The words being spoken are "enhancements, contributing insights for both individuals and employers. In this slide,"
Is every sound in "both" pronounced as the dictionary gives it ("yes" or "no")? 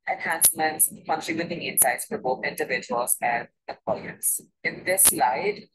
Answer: no